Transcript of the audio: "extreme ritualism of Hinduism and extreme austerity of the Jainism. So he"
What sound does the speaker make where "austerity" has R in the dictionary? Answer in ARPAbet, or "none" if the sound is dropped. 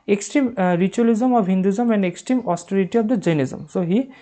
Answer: R